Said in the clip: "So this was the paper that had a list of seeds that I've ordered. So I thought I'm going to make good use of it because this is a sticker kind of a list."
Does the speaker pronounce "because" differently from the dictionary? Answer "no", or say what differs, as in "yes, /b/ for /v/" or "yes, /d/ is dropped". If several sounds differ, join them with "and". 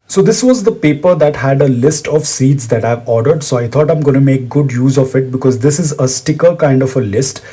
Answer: no